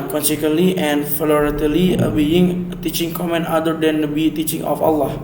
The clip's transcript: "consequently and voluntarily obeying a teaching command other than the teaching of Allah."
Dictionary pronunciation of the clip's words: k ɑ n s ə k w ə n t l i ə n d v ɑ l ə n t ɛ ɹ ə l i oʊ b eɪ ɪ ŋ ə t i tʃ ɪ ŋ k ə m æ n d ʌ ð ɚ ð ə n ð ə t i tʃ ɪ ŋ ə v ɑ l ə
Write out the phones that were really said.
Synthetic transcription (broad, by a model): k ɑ n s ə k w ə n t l i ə n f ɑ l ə t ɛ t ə l i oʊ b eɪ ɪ ŋ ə t i tʃ ɪ ŋ k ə m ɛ n ɑ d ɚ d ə n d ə t i tʃ ɪ ŋ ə f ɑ l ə